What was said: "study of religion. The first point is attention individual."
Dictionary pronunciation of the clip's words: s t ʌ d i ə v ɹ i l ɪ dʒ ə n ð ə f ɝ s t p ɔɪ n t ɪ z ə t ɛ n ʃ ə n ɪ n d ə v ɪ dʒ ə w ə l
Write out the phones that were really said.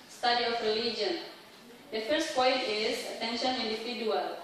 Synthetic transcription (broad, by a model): s t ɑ d i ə f ɹ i l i dʒ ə n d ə f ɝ s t p ɔɪ n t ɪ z ə t ɛ n ʃ ə n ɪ n d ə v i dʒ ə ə l